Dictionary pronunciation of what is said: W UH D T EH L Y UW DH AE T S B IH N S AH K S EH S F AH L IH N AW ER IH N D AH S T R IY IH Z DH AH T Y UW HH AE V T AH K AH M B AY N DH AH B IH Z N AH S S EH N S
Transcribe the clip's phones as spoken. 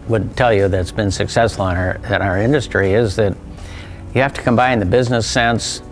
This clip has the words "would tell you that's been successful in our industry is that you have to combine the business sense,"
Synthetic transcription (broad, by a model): W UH D T EH L Y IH DH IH T S B IH N S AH K S EH S F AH N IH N AW ER IH N D AH S T R IY IH Z DH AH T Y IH HH AE F T AH K AH M B AY N DH AH B IH Z N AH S S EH N S